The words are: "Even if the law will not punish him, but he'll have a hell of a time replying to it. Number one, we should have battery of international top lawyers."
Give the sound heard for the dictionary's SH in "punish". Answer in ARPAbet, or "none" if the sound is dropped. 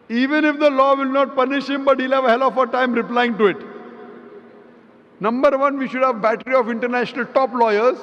SH